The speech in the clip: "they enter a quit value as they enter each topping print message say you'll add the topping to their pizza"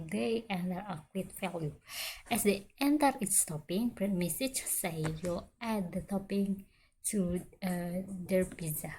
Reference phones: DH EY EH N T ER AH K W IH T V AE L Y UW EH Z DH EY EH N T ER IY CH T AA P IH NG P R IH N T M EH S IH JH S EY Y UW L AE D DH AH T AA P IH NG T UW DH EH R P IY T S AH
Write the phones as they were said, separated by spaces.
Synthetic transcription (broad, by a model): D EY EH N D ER AH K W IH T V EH L Y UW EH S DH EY EH N T ER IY S T AA P IH NG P R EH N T M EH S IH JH S EY Y UW L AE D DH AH T AA P IH NG T UW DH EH R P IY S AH